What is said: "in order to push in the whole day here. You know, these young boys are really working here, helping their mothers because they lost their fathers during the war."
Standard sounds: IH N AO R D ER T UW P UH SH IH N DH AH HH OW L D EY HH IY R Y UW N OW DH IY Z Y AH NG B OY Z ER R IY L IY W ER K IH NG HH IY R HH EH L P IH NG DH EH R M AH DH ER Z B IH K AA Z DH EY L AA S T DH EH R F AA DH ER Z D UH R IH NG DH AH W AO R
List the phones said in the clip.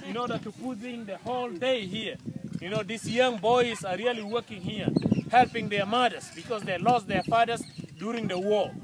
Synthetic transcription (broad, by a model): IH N AO R D ER T UW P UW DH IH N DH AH HH OW L D EY HH IY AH Y UW N OW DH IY S Y AH NG B OY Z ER R IY L IY W ER K IH NG HH IY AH HH EH L P IH NG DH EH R M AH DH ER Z B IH K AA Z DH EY L AA S T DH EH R F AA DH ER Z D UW R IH NG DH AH W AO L